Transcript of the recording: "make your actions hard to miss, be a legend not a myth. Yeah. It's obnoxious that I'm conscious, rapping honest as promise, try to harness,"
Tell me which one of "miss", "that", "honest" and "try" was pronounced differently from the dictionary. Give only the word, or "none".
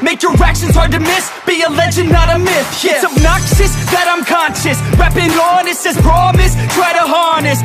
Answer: honest